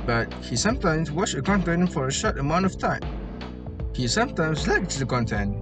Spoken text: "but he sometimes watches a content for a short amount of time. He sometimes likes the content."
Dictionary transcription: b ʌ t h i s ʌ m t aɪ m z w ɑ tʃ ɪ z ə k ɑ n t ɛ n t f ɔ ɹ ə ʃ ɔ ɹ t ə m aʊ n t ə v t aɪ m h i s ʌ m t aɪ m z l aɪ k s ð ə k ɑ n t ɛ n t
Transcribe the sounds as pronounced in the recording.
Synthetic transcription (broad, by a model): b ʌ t h i s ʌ m t aɪ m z w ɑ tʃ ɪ ə k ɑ n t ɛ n f ɔ ɹ ə ʃ ɔ ɹ t ə m aʊ n t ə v t aɪ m h i s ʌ m t aɪ m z l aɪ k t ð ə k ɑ n t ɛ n